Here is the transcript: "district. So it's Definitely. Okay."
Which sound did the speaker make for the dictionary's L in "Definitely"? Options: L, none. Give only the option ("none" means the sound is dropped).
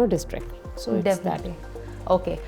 none